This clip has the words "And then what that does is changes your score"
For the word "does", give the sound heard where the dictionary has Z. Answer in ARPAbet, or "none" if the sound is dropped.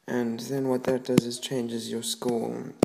Z